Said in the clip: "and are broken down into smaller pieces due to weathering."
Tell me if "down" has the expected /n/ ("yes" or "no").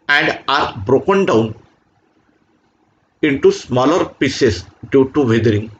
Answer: yes